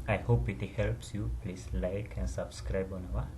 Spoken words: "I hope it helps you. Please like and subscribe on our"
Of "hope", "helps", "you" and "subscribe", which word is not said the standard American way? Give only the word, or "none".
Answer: none